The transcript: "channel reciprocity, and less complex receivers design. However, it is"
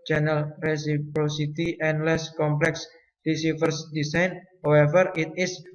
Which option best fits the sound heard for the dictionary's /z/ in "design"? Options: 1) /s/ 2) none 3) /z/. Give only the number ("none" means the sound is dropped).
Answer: 1